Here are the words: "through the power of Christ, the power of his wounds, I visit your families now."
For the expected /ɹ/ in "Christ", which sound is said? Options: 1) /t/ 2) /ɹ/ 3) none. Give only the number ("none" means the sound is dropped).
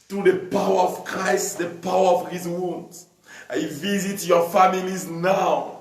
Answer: 2